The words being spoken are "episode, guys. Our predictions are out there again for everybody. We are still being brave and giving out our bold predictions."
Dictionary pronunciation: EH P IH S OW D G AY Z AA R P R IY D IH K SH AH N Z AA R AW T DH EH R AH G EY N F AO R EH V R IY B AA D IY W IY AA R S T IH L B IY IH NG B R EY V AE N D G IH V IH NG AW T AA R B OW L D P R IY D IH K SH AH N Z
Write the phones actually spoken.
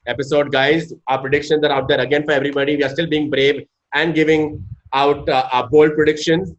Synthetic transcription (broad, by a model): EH P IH S OW D G AY Z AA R P R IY D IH K SH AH N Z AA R AW T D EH R AH G EY N F AO R EH V R IY B AA D IY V IY AA R S T IH L B IY IH NG B R EY V AE N D G IH V IH NG AW T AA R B OW L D P R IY D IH K SH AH N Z